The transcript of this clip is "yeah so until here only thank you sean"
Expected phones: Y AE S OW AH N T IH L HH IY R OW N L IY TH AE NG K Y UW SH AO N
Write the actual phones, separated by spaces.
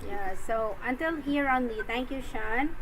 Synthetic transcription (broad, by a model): Y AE S OW AH N T IH L HH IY R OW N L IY T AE NG K Y UW SH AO N